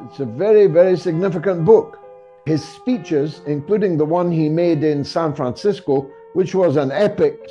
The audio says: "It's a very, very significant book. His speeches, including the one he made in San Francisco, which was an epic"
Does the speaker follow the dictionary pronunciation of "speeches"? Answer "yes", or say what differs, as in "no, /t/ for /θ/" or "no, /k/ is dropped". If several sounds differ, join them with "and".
yes